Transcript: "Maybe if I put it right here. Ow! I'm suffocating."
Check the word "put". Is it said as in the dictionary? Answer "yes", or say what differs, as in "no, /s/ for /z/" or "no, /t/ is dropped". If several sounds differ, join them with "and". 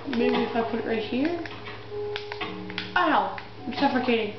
yes